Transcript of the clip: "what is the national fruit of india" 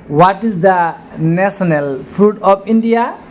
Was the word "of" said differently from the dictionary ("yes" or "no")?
yes